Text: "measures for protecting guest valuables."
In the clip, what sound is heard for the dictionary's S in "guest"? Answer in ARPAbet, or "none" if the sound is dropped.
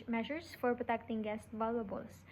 S